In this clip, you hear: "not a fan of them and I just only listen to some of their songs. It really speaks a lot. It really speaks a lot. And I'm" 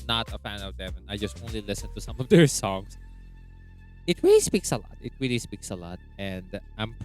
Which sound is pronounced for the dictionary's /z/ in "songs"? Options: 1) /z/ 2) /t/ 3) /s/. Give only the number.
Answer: 3